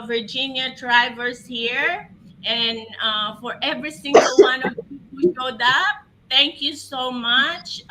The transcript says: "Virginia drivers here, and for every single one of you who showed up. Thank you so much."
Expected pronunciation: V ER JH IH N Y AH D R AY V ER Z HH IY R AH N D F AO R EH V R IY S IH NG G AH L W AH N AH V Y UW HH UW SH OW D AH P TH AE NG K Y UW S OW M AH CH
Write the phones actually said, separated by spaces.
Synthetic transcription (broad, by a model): V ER JH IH N Y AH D R AY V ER S HH IY R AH N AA F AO R EH V R IY S IH NG G AH L W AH N AH V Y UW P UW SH OW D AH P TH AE NG K Y UW S OW M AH CH